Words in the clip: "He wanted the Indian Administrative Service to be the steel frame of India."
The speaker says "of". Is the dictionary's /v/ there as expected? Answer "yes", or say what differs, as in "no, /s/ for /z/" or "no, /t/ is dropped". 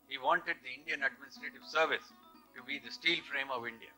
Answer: yes